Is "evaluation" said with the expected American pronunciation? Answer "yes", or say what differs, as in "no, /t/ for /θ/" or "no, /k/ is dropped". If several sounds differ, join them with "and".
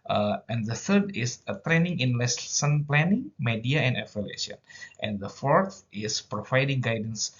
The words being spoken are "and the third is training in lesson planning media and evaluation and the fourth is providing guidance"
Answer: no, /f/ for /v/